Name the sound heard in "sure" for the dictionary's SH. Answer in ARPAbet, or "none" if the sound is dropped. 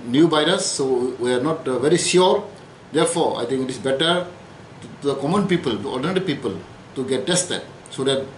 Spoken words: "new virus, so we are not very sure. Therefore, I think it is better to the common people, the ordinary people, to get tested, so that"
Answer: S